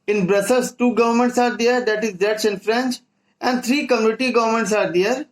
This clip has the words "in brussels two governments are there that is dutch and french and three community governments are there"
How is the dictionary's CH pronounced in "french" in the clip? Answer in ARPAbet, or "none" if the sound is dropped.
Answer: CH